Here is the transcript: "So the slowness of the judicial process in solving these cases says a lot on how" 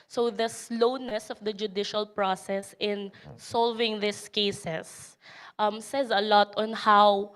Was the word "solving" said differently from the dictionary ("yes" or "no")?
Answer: no